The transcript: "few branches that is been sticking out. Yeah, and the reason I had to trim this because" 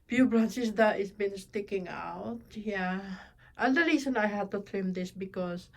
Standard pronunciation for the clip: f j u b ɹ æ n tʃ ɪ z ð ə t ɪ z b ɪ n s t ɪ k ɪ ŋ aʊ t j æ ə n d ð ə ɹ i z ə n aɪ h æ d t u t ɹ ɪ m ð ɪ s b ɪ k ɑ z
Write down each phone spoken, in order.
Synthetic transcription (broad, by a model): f j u b ɹ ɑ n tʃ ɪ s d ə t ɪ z b ɪ n s t ɪ k ɪ ŋ aʊ t j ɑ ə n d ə ɹ i s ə n aɪ h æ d t u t ɹ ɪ m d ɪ s b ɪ k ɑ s